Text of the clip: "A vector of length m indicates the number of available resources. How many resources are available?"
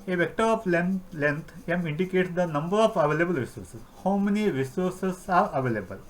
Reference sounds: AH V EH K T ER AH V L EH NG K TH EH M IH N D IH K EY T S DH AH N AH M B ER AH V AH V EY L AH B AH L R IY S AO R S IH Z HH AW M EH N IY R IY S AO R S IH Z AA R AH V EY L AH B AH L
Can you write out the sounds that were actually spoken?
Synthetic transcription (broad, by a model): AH V EH K T ER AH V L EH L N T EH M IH N D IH K EY T S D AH N AH M B ER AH F AH V EY L AH B AH L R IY S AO R S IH S HH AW M EH N IY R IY S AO R S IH S AA R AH V EY L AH B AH L